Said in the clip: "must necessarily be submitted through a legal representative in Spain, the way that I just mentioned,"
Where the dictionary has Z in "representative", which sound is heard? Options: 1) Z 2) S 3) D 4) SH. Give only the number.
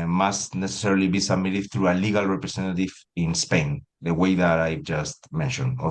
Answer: 2